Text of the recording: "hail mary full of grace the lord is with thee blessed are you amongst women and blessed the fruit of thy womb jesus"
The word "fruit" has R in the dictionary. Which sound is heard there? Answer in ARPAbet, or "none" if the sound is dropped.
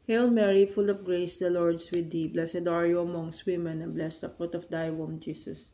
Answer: none